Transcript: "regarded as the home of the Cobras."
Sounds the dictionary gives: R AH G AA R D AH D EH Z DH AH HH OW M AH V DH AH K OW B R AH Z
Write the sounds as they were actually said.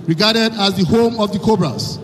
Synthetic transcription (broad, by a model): R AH G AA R D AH D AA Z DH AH HH OW M AH V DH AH K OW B R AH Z